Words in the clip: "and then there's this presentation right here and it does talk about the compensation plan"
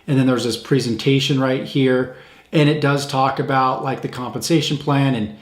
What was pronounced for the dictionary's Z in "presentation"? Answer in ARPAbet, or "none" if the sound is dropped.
Z